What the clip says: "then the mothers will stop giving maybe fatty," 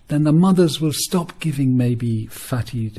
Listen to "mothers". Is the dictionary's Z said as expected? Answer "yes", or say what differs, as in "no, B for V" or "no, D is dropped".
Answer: yes